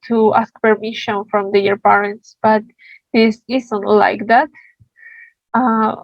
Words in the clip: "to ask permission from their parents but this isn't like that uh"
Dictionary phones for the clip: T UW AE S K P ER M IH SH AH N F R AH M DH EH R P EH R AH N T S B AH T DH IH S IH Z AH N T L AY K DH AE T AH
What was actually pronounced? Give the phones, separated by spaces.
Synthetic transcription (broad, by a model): T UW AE S K P ER M IH SH AH N F R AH M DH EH R P EH R AH N T S B AH T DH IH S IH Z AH N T L AY K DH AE T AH